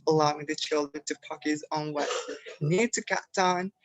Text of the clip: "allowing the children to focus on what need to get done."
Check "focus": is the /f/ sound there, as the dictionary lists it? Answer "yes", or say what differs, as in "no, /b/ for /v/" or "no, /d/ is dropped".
no, /p/ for /f/